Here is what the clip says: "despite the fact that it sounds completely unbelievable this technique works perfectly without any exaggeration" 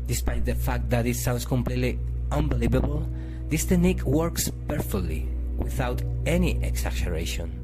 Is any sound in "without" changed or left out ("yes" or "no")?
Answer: no